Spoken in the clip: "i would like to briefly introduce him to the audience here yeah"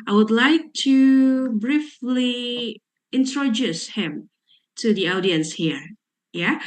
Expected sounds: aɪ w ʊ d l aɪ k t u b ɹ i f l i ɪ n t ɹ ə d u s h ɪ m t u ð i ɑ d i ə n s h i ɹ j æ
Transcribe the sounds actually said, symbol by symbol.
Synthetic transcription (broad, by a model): aɪ w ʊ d l aɪ k t u b ɹ i f l i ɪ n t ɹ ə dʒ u s h ɪ m t u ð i ɑ d i ə n s h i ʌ j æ